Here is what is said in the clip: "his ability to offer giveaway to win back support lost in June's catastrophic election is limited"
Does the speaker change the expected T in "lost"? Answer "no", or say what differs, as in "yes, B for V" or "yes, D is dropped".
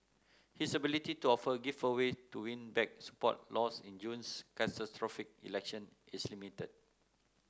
yes, T is dropped